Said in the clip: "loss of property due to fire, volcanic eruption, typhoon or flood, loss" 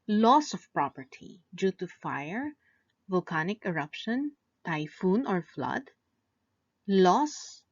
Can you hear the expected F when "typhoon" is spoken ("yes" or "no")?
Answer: yes